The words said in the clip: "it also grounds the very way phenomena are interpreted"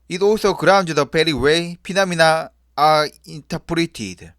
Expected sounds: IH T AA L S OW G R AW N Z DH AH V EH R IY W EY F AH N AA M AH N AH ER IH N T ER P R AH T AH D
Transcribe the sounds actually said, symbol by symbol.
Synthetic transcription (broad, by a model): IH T AA L S OW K R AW N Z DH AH P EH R IY W EY P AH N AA M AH N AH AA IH N T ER P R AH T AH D